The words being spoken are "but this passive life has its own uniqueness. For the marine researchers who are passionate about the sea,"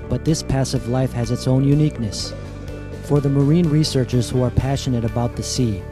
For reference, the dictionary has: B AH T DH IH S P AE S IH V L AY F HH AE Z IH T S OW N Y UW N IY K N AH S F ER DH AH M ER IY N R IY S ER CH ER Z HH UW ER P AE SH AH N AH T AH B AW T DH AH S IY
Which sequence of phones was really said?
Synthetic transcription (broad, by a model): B AH T DH IH S P AE S IH V L AY F HH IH Z IH T S OW N Y UW N IY K N AH S F ER DH AH M ER IY N R IY S ER CH ER Z HH UW ER P AE SH AH N AH T AH B AW T DH AH S IY